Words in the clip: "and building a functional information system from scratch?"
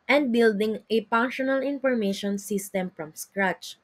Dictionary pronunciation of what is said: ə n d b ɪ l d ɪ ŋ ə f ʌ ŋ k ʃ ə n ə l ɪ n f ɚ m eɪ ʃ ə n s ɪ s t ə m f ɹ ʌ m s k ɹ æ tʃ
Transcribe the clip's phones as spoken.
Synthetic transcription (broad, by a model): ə n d b ɪ l d ɪ ŋ ə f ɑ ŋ ʃ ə n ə l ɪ n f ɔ m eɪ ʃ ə n s ɪ s t ə m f ɹ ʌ m s k ɹ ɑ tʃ